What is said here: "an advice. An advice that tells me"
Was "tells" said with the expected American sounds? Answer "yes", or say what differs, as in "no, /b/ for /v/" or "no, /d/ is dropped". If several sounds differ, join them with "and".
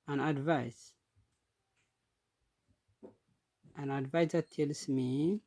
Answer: no, /s/ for /z/